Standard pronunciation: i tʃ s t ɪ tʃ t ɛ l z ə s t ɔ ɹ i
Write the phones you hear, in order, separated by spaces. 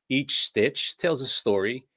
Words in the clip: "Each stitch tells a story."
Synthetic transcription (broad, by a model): i tʃ s t ɪ tʃ t ɛ l z ə s t ɔ ɹ i